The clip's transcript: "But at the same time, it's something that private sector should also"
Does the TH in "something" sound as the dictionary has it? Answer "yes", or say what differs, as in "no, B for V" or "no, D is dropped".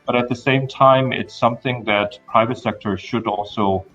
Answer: yes